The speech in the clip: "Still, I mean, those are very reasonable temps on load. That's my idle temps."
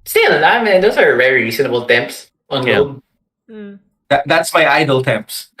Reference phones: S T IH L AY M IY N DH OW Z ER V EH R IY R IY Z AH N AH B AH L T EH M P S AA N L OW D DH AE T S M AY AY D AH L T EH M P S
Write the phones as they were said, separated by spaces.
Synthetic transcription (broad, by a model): S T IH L AY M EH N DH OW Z ER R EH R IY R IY S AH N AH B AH L T EH M P S AA N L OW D DH AE T S M AY AY D AH L T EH M P S